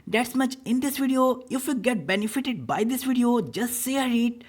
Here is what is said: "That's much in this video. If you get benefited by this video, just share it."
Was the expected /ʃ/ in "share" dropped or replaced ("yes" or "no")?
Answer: yes